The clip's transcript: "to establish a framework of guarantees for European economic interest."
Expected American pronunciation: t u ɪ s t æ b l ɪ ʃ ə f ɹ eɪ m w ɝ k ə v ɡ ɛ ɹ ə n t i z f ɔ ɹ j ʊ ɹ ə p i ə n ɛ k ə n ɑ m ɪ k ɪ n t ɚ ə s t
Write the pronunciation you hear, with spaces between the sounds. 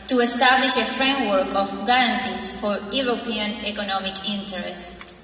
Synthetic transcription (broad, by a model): t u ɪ s t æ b l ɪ ʃ ə f ɹ eɪ m w ɝ k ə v ɡ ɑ ɹ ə n t i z f ɔ ɹ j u ɹ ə p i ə n ɛ k ə n ɑ m ɪ k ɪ n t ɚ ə s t